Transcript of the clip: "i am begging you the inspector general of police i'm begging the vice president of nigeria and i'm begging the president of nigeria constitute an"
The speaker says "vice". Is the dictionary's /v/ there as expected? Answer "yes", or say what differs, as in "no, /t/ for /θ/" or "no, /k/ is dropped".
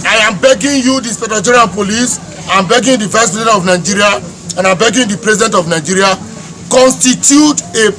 yes